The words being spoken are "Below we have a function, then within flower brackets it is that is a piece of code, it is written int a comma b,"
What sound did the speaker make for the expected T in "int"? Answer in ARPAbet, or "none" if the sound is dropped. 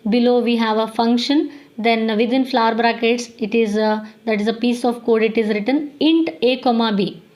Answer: T